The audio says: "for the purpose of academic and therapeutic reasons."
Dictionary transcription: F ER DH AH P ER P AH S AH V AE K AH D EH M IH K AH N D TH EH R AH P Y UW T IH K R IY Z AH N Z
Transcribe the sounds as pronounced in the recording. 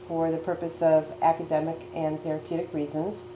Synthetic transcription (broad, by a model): F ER DH AH P ER P AH S AH V AE K AH D EH M IH K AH N TH EH R AH P Y UW T IH K R IY Z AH N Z